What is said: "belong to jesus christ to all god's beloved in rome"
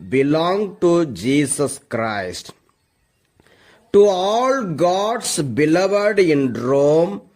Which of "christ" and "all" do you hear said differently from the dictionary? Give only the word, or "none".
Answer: none